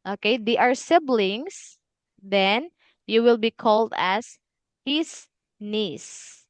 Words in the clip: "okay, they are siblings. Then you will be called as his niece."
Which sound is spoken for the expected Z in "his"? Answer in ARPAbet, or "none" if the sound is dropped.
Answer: S